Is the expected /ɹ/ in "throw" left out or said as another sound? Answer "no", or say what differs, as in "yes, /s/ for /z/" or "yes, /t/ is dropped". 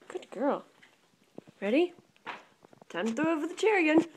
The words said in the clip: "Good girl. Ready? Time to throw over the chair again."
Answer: yes, /ɹ/ is dropped